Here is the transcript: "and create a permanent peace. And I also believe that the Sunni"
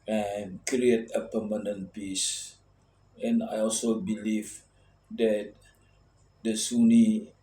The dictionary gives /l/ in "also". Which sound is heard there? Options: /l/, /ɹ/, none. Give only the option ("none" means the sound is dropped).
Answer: /l/